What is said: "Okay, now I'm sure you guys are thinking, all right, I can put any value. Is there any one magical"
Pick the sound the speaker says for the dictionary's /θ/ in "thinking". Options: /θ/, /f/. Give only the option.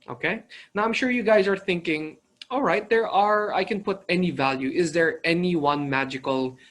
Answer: /θ/